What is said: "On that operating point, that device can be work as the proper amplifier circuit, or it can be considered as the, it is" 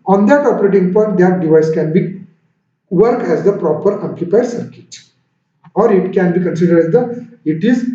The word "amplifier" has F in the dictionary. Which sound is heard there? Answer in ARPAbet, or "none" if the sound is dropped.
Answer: P